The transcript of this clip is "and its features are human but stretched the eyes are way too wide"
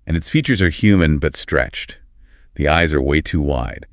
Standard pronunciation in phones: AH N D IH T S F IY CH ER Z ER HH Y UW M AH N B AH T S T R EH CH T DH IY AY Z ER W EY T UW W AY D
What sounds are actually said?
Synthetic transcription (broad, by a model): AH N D IH T S F IY CH ER Z ER HH Y UW M AH N B AH T S T R EH CH T DH IY AY Z ER W EY T UW W AY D